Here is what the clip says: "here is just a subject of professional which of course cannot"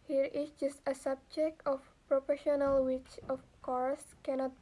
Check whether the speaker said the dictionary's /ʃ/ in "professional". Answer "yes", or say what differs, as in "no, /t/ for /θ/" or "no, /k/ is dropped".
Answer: yes